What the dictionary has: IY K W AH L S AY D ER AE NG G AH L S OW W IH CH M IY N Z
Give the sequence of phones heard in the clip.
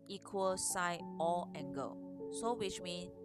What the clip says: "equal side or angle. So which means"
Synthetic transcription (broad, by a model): IY K W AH L S AY AO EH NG G AH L S OW W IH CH M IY N